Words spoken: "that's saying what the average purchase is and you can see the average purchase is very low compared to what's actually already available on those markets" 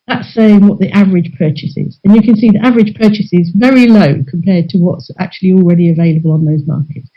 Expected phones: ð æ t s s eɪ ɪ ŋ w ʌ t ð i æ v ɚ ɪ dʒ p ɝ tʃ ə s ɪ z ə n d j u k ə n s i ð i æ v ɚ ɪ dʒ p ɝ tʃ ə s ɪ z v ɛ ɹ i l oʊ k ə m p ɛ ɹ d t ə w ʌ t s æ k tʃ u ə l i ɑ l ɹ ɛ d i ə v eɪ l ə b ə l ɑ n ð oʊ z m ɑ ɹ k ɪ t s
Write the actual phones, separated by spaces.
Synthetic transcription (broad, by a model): ð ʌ t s s eɪ ɪ ŋ w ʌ t ð i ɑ v ɚ ɪ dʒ p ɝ tʃ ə s ɪ z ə n j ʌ k ə n s i ð i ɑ v ɚ ɪ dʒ p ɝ tʃ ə s ɪ z v ɛ ɹ i l oʊ k ə m p ɛ d t ə w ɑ t s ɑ k tʃ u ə l i ɑ l ɹ ɛ d i ə v eɪ l ə b ə l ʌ n ð oʊ z m ɑ k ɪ t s